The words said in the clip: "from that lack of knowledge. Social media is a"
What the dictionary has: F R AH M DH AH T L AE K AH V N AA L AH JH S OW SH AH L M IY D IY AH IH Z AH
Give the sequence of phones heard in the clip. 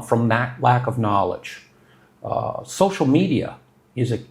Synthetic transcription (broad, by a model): F R AH M DH AH T L AE K AH V N AA L AH JH S OW SH L M IY D IY AH IH Z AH